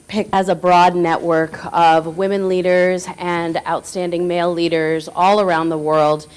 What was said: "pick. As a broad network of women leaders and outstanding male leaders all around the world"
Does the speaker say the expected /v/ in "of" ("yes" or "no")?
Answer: yes